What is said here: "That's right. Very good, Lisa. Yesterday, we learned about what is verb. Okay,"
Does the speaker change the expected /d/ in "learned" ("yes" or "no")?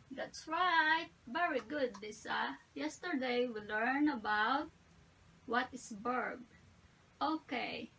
yes